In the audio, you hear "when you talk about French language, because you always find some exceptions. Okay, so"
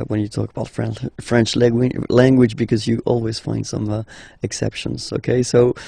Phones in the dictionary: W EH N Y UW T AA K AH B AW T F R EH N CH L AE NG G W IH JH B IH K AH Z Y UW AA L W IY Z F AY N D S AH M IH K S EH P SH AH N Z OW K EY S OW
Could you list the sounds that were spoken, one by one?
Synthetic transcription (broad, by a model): W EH N Y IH T AA K AH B AW T F R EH N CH L AE NG G W IH JH B IH K AH Z Y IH AA L W IY Z F AY N D S AH M IH K S EH P SH AH N Z OW K EY S OW